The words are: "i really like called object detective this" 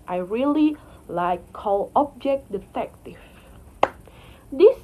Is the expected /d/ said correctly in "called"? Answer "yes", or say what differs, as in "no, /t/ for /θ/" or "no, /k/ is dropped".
no, /d/ is dropped